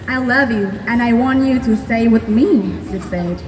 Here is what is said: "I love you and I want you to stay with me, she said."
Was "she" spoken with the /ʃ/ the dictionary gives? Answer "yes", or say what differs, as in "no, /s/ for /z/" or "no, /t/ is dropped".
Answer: no, /s/ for /ʃ/